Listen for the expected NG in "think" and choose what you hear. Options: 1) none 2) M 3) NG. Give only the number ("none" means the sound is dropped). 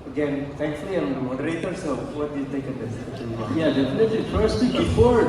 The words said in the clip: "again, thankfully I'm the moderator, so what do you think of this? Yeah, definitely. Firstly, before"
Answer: 1